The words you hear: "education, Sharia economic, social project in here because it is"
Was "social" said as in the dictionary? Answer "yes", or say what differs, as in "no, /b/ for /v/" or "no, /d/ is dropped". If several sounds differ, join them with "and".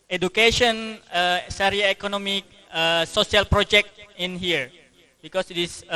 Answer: no, /s/ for /ʃ/